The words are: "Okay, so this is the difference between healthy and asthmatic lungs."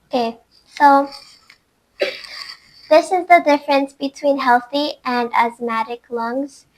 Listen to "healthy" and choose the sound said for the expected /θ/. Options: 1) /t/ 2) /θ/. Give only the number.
2